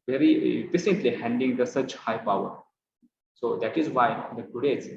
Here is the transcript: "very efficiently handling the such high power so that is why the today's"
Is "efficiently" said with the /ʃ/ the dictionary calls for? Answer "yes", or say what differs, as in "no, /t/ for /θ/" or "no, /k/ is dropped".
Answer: no, /s/ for /ʃ/